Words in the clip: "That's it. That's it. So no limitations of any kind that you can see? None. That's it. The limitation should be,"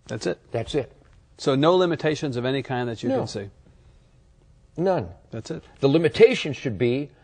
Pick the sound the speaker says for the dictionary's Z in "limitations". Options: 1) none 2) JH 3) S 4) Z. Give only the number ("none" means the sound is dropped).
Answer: 4